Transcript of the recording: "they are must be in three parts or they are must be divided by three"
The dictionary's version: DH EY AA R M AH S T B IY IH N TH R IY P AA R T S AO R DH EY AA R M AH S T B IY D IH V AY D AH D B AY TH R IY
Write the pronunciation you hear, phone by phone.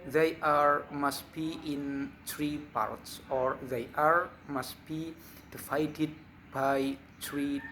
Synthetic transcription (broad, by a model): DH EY AA R M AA S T B IY IH N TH R IY P AA R T S AO R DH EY AA R M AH S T B IY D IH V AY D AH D B AY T R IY